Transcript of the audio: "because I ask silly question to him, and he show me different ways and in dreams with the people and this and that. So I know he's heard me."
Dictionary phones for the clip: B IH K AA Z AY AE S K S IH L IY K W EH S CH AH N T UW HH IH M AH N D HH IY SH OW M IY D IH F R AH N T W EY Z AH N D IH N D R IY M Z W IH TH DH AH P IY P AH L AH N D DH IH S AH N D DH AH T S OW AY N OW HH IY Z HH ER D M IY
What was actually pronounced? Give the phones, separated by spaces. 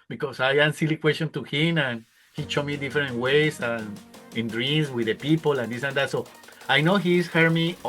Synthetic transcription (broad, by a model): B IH K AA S AY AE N S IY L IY K W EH S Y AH N T UW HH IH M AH N HH IY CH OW M IY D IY F R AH N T W EY S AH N IH N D R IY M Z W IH DH AH P IY P AH L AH N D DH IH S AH N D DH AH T S OW AY N OW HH IY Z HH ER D M IY